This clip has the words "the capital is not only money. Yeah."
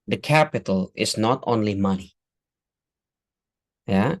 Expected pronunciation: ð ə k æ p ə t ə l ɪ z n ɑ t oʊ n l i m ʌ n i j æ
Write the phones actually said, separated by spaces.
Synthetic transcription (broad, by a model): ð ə k æ p ə t ə l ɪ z n ɑ t oʊ n l i m ʌ n i j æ